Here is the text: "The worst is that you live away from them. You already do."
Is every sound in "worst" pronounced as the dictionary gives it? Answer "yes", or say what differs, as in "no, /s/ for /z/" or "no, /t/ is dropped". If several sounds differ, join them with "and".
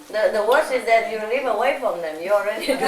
no, /t/ is dropped